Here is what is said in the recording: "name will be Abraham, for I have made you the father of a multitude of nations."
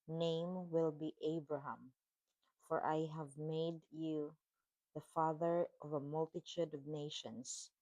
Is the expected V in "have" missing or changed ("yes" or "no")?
no